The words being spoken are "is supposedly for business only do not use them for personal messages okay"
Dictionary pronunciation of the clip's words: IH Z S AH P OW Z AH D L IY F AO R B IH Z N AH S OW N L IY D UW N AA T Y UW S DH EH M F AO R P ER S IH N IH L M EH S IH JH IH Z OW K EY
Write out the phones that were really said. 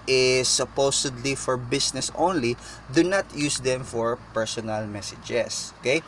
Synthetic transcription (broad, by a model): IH S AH P OW S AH D L IY F AO R B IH S N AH S OW N L IY D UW N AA T Y UW S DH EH M F AO R P ER S IH N IH L M EH S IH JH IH S OW K EY